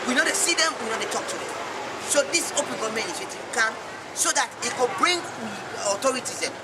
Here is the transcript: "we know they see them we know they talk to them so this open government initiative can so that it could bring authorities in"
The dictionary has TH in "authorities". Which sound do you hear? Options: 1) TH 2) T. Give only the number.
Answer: 2